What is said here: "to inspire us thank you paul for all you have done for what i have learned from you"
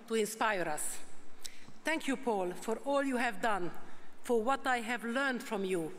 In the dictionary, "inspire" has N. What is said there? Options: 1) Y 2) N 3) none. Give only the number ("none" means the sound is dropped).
2